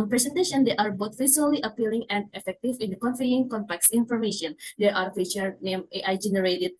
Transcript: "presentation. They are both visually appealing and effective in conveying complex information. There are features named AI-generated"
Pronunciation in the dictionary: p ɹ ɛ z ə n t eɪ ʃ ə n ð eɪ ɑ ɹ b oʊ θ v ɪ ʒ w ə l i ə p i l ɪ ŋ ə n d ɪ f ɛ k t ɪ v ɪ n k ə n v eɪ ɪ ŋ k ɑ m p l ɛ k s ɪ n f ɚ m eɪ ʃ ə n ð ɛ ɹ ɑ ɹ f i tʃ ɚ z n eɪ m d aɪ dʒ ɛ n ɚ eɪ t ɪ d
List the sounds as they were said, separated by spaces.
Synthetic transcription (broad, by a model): p ɹ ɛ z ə n t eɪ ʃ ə n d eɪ ɑ ɹ b oʊ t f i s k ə l i ə p i l ɪ ŋ ə n d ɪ f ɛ k t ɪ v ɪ n k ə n f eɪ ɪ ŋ k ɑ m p l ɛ k s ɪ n f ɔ m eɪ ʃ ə n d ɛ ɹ ɑ ɹ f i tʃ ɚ n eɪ m aɪ dʒ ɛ n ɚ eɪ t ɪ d